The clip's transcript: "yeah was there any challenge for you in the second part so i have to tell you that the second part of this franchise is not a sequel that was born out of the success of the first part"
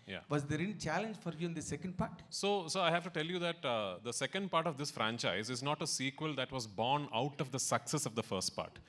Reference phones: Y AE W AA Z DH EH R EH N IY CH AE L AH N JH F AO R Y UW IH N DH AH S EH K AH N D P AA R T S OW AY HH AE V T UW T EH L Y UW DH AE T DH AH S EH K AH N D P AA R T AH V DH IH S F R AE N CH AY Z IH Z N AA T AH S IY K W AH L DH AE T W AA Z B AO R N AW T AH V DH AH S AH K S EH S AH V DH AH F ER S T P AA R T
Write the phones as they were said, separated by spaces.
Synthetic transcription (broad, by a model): Y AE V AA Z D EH R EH L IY CH AE L AH N JH F AO R Y UW IH N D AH S EH K AH N D P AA R T S OW AY HH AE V T UW T EH L Y UW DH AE T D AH S EH K AH N D P AA R T AH V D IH S F R AE N CH AY Z IH Z N AA T AH S IY K W AH L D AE T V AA Z B AO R N AW T AH V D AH S AH K S EH S AH V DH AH F ER S T P AA R T